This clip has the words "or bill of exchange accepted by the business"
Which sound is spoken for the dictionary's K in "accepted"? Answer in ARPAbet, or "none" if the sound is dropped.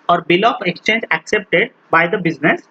K